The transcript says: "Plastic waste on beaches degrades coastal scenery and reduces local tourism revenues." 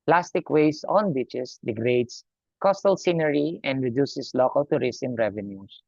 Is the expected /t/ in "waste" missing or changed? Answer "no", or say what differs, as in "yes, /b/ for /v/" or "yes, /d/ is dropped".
yes, /t/ is dropped